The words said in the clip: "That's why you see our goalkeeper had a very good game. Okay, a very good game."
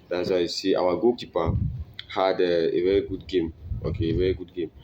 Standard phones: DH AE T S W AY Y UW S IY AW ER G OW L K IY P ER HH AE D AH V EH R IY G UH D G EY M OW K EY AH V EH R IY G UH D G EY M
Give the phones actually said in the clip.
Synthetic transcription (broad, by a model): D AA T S W AY S IY AW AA G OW K IY P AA HH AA D AH V EH R IY G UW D G EY M OW K EY V EH R IY G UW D G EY M